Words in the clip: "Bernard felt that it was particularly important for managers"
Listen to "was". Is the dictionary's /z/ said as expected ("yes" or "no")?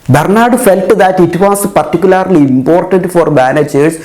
no